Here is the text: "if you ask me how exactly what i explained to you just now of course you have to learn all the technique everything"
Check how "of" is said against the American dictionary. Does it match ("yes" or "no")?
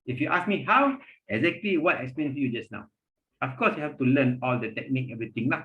no